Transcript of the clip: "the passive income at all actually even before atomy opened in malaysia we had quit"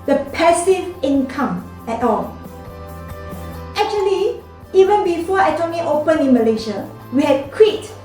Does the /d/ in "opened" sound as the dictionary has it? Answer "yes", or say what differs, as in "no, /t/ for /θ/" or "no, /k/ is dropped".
no, /d/ is dropped